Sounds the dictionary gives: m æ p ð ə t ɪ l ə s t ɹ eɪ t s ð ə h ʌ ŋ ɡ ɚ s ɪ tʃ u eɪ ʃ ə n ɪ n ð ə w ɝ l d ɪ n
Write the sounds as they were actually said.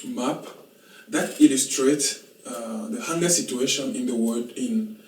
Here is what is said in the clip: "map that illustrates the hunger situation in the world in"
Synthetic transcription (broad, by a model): m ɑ p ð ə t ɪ l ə s t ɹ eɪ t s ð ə h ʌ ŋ ɡ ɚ s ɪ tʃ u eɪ ʃ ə n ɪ n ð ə w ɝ d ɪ n